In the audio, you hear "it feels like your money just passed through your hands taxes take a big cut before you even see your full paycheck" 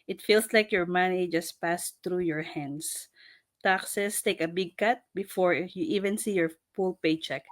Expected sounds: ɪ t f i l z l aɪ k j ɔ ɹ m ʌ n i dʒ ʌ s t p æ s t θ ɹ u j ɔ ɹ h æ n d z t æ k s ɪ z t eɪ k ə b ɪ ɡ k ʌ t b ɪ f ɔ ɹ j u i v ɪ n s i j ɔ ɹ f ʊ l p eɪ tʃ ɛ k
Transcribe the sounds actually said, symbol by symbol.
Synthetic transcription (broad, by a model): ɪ t f i l s l aɪ k j ɔ ɹ m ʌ n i dʒ ʌ s t p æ s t ɹ u j ɔ ɹ h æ n d s t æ k s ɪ s t eɪ k ə b ɪ ɡ k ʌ t b ɪ f ɔ ɹ j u i v ɪ n s i j ɔ ɹ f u l p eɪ tʃ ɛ k